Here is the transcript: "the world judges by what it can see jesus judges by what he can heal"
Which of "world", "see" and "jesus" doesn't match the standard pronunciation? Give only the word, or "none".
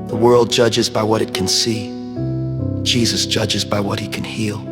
none